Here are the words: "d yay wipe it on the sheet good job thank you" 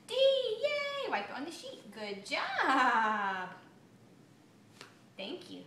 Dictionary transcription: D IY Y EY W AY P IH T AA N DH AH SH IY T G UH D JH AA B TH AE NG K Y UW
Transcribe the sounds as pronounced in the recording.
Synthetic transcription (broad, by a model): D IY Y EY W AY IH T AA N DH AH SH IY T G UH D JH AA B T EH NG K Y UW